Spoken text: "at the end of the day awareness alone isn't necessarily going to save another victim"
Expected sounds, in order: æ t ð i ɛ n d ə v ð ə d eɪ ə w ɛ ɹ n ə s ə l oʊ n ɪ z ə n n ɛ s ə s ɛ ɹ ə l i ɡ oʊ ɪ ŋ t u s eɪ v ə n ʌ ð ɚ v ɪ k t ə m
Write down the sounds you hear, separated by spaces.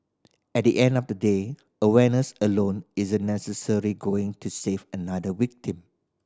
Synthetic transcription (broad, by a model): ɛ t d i ɛ n d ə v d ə d eɪ ə w ɛ n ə s ə l oʊ n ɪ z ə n n ɛ s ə s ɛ ɹ i ɡ oʊ ɪ ŋ t u s eɪ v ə n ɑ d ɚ w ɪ k t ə m